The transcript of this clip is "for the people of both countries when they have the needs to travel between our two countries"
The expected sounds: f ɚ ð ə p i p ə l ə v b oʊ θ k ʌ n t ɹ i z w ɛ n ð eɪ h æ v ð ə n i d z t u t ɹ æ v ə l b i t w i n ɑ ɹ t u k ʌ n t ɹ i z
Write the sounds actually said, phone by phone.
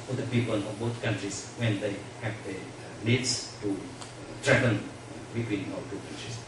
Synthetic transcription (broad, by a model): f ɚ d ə p i p ə l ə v b oʊ t k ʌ n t ɹ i s w ɛ n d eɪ h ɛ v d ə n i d s t u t ɹ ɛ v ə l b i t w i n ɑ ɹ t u k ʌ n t ɹ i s